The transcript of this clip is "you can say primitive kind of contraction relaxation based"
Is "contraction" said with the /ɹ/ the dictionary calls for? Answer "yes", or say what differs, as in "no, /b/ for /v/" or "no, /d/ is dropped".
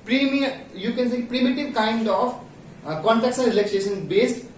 no, /ɹ/ is dropped